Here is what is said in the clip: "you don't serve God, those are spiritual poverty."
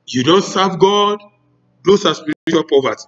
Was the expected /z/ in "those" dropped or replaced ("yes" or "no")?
yes